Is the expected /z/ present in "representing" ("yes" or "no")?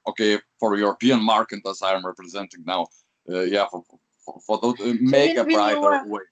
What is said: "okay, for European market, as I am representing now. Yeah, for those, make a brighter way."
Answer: yes